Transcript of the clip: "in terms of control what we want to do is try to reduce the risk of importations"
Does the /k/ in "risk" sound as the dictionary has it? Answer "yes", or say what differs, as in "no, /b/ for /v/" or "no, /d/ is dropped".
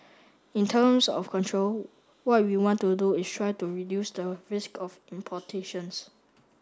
yes